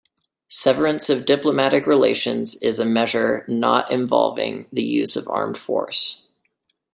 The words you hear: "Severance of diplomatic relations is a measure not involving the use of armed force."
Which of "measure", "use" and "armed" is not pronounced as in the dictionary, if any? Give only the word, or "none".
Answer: none